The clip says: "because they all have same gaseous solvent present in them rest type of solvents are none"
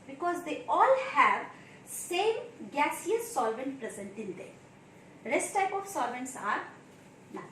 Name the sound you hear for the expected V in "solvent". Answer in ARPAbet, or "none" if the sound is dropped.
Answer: V